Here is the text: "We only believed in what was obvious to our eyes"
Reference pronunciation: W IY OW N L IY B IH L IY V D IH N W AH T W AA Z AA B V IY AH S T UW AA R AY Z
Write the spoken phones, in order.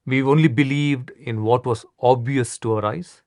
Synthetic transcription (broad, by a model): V IY OW N L IY B IH L IY V D IH N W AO T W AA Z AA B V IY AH S T UW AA R AY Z